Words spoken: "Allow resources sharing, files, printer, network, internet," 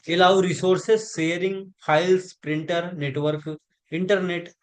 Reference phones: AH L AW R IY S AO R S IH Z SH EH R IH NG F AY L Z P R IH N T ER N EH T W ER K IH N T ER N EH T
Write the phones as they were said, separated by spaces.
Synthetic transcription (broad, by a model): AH L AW R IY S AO R S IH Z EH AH R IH NG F AY L S P R IH N T ER N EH T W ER K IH N T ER N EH T